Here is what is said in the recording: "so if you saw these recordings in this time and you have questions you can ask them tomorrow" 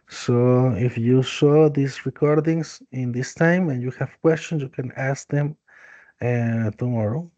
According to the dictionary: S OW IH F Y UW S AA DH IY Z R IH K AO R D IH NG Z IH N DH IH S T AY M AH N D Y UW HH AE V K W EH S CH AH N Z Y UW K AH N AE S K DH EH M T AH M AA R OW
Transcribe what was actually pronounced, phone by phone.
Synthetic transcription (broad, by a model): S OW IH F Y UW S AA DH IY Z R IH K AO R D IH NG S IH N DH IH S T AY M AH N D Y UW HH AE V K W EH S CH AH N S Y UW K AH N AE S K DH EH M T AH M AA R OW